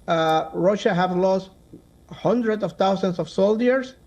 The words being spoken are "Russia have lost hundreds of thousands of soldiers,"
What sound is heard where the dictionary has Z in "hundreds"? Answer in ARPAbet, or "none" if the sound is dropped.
S